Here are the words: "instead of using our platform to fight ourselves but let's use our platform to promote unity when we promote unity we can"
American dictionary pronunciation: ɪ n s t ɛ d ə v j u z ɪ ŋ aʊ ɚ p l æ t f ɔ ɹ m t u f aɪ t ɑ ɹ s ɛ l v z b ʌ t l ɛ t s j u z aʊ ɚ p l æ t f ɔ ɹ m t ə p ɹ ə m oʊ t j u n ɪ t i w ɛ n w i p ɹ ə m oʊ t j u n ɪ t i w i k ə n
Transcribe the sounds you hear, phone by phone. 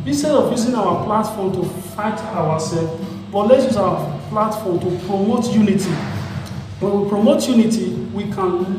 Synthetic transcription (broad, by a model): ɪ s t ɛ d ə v j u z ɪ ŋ aʊ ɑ p l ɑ t f ɔ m t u f aɪ t ɑ w s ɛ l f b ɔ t l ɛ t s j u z aʊ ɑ p l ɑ t f ɔ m t ə p ɹ ə m oʊ t j u n ɪ t i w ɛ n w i p ɹ ə m oʊ t j u n ɪ t i w i k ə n